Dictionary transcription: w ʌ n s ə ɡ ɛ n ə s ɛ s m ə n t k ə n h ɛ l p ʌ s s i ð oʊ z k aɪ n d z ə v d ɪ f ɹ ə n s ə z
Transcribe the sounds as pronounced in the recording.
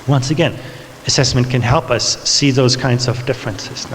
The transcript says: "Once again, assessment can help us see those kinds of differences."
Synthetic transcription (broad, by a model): w ʌ n s ə ɡ ɛ n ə s ɛ s m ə n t k ə n h ɛ l p ʌ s s i ð oʊ z k aɪ n d z ə v d ɪ f ɹ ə n s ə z